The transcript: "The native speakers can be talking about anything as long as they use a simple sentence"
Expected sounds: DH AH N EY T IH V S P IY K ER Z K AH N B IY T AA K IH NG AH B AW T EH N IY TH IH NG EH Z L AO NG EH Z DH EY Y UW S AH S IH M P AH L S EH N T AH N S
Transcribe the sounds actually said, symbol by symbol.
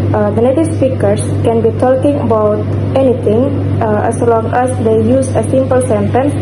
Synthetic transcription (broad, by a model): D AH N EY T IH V S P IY K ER S K AH N B IY T AA K IH NG AH B AW T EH N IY T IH NG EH S L AO NG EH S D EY Y UW S AH S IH M P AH L S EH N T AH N S